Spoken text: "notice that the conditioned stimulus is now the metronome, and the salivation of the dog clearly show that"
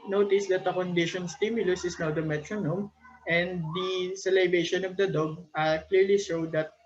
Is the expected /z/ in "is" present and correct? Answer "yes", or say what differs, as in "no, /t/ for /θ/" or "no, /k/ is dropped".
no, /s/ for /z/